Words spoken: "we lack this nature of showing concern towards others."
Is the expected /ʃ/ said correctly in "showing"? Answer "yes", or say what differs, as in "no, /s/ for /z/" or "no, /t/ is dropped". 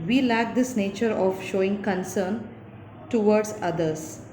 yes